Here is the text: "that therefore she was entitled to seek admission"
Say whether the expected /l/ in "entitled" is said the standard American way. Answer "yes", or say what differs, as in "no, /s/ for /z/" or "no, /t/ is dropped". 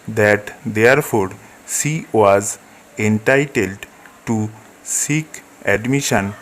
yes